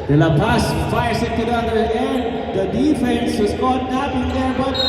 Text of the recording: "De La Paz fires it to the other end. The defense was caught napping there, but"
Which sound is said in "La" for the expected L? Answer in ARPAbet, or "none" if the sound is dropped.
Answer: N